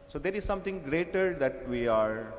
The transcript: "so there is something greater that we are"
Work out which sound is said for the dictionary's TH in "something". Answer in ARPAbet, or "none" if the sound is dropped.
T